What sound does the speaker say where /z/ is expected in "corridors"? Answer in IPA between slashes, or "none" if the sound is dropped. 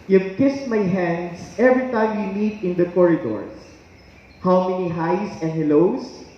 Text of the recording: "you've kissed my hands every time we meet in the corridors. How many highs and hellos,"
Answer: /s/